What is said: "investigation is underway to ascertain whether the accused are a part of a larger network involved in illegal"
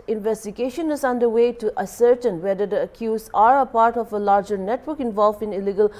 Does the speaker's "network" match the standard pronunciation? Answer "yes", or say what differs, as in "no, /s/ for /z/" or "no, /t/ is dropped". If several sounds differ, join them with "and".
yes